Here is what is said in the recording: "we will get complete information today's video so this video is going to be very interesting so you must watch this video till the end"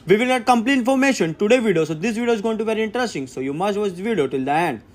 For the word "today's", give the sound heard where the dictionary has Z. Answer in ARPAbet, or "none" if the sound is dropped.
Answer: none